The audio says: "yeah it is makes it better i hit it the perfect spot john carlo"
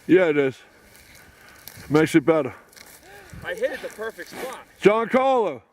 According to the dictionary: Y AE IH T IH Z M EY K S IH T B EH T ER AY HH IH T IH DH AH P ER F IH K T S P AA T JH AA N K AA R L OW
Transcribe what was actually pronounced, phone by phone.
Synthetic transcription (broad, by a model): Y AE IH T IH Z M EY K S IH T B EH T ER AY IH IH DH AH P ER F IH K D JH AA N K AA L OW